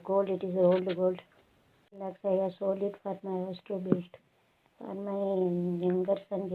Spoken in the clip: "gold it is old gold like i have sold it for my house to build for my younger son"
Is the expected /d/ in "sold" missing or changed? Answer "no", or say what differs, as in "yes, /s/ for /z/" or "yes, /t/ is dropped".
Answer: yes, /d/ is dropped